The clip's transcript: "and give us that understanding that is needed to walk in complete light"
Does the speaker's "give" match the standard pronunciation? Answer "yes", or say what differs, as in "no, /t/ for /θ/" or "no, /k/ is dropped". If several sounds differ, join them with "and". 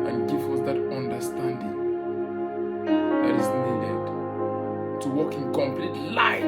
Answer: no, /f/ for /v/